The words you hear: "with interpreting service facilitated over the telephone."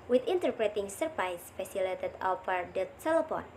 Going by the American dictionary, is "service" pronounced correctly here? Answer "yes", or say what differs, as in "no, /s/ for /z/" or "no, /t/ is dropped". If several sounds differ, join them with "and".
no, /p/ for /v/